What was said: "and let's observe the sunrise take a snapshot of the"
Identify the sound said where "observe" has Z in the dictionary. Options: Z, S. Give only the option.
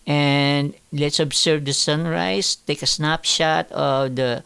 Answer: S